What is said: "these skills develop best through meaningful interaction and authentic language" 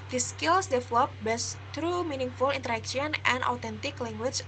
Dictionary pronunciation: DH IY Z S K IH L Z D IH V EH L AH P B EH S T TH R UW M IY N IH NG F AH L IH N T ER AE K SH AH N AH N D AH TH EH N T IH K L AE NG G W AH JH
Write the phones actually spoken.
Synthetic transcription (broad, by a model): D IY S K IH L S D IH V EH L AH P B EH S T R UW M IY N IH NG F AH L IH N T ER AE K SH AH N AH N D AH T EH N T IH K L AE NG G W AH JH